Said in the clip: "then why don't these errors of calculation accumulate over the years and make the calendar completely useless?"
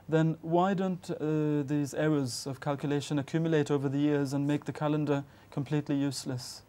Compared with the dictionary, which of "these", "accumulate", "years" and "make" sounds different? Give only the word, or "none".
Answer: none